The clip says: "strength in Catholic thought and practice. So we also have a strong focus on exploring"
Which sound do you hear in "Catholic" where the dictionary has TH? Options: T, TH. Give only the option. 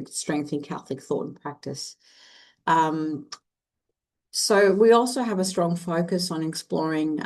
TH